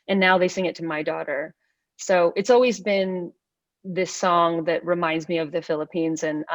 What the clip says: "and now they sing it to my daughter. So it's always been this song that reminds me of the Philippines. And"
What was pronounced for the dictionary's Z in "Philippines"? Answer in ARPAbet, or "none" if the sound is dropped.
Z